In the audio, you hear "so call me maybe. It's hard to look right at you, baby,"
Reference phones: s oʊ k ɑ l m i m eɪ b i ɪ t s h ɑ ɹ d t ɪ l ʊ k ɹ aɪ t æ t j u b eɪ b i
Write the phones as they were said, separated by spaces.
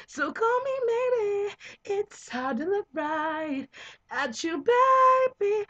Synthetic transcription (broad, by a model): s oʊ k ɑ l m i m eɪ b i ɪ t s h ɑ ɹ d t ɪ n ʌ ɹ aɪ t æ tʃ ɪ b eɪ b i